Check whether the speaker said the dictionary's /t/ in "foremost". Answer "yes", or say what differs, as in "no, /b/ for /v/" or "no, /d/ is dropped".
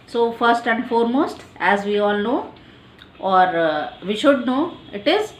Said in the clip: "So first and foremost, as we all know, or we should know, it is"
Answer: yes